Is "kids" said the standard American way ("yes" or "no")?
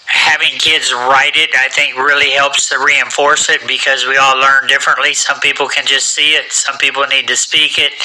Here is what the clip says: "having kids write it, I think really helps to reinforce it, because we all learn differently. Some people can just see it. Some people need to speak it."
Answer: yes